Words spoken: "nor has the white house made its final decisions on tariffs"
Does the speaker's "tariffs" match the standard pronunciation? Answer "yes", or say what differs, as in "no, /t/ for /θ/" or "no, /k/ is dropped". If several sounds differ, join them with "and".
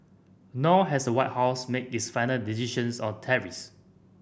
no, /f/ is dropped